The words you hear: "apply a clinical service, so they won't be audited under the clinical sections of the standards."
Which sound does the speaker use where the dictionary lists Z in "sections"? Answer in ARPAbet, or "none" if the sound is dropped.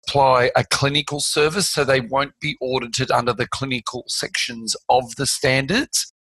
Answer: Z